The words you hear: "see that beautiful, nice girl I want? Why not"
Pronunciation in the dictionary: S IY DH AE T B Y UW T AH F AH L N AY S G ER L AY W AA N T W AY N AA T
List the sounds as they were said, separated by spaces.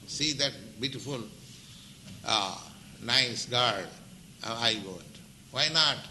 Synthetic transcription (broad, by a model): S IY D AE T B Y UW T AH F AH L N AY S G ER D AY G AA T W AY N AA T